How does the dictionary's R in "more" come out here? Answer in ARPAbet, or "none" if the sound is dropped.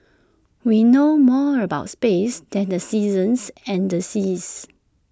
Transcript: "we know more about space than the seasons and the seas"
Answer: R